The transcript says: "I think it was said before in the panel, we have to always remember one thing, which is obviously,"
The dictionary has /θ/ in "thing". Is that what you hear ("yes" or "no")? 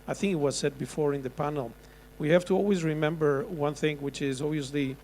yes